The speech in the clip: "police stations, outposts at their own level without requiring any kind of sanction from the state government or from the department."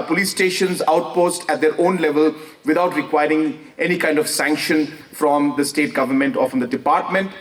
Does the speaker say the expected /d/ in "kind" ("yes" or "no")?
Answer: yes